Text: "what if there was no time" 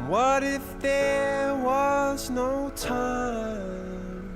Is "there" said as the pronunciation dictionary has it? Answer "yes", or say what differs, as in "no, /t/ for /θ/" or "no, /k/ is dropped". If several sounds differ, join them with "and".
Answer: yes